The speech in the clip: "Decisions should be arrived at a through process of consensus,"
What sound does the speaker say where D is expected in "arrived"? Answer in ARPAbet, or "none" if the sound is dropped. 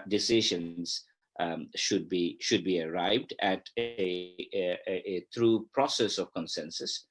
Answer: D